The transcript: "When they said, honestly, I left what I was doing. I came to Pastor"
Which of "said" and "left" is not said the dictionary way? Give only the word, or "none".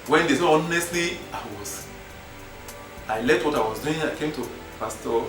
said